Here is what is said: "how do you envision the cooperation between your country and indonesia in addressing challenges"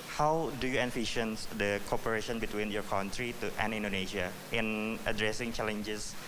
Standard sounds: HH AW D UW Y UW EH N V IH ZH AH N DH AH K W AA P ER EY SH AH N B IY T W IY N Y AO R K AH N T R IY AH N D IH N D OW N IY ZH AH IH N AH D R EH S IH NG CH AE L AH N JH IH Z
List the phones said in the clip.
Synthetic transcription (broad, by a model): HH AW D UW Y UW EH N F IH SH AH N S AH K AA P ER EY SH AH N B IY T W IY N Y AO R K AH N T R IY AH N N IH N D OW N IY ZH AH IH N AH D R EH S IH NG CH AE L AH N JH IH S